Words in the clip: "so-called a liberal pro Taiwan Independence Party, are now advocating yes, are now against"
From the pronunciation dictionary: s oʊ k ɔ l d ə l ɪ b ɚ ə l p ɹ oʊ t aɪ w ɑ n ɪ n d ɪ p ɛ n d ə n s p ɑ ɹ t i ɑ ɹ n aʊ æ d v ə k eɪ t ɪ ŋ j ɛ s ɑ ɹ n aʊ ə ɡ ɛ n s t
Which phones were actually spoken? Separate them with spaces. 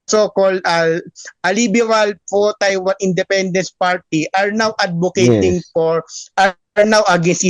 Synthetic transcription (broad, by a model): s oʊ k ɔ l d ə l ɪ b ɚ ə l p oʊ t aɪ w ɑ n ɪ n d ɪ p ɛ n d ə n s p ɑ ɹ t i ɑ ɹ n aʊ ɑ d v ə k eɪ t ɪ ŋ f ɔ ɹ ɑ ɹ n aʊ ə ɡ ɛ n s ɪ